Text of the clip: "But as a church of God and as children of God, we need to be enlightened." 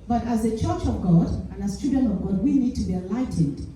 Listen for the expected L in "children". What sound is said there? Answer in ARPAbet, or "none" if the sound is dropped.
none